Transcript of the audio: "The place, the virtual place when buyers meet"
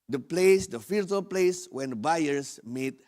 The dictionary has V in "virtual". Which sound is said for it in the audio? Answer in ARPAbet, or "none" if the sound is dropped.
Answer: F